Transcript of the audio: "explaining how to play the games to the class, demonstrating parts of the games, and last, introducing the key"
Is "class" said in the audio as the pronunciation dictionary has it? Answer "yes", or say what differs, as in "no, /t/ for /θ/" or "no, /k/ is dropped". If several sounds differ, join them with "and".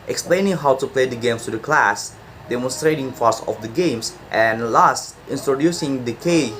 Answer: yes